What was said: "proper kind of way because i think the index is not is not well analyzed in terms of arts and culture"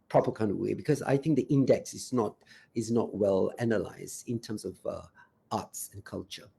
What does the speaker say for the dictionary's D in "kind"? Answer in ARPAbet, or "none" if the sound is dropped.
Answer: D